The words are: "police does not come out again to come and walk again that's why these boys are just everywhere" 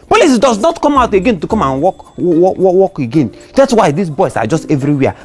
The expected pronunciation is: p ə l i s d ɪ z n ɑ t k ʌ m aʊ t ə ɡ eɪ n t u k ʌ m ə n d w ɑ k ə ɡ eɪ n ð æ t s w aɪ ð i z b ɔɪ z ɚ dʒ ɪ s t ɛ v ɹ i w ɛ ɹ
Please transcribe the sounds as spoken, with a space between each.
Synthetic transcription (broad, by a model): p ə l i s d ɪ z n ɑ t k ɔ m aʊ t ə ɡ eɪ n t u k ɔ m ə n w w ɑ k ə ɡ eɪ n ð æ t s w aɪ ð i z b ɔɪ s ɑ dʒ ɪ s t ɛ v ɹ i w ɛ